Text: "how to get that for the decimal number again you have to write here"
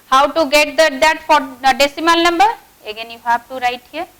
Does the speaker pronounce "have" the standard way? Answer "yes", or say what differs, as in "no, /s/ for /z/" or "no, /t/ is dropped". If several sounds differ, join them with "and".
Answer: no, /b/ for /v/